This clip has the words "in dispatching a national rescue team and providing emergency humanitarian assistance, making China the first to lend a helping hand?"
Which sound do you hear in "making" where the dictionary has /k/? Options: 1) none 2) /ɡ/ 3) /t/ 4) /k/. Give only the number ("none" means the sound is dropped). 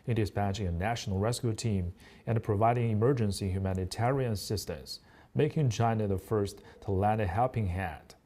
4